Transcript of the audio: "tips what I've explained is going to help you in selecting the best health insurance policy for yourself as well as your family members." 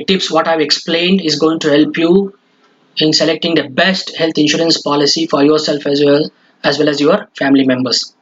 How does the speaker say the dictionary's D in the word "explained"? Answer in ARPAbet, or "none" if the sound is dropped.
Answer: D